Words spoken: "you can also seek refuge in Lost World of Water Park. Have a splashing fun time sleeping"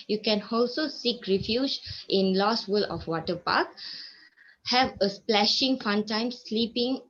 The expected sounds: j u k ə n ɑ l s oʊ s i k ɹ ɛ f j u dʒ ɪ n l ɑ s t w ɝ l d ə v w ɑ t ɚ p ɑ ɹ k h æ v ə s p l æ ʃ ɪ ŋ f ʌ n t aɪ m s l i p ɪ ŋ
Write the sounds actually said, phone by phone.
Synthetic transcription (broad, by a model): j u k ə n ɑ l s oʊ s i k ɹ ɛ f j u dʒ ɪ n l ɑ s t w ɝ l ə f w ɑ t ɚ p ɑ k h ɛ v ə s p l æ ʃ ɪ ŋ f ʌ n t aɪ m s l i p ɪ ŋ